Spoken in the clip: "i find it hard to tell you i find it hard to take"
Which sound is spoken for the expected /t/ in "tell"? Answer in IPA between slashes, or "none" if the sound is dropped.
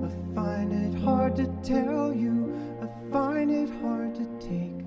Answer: /t/